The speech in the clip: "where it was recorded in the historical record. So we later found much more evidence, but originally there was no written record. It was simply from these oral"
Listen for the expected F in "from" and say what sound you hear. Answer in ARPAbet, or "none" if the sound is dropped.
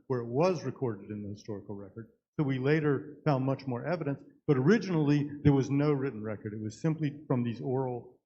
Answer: F